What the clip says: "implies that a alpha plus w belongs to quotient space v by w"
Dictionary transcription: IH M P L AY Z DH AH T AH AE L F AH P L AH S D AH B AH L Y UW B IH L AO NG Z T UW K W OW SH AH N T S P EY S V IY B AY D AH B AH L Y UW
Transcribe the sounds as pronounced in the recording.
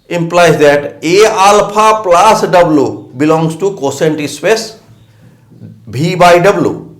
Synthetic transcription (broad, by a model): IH M P L AY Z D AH T AH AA L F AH P L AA S D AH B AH L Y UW B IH L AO NG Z T UW K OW S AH N T S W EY S B IY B AY D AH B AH L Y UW